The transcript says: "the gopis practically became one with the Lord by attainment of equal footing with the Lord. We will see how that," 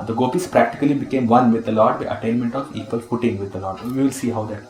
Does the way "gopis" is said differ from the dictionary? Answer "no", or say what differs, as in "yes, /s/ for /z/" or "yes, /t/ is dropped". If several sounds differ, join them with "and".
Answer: no